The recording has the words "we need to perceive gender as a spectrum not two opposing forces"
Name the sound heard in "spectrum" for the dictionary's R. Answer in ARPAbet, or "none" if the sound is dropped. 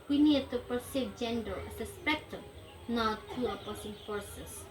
none